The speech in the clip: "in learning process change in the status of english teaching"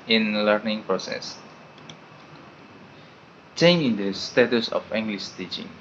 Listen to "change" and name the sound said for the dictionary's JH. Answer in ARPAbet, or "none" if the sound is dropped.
none